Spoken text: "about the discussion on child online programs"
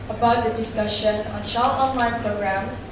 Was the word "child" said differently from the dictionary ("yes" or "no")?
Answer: yes